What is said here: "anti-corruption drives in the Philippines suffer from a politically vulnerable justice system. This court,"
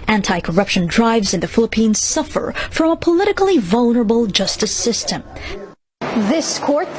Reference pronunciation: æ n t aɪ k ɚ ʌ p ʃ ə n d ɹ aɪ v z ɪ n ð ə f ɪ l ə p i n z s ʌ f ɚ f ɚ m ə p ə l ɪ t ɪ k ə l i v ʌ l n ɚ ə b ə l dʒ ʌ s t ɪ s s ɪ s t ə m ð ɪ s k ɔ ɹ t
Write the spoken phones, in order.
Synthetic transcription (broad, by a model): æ n t aɪ k ɚ ʌ p ʃ ə n d ɹ aɪ v z ɪ n ð ə f ɪ l ə p i n z s ʌ f ɚ f ɚ m ə p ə l ɪ t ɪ k l i v ʌ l n ɚ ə b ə l dʒ ʌ s t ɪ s s ɪ s t ə m ð ɪ s k ɔ ɹ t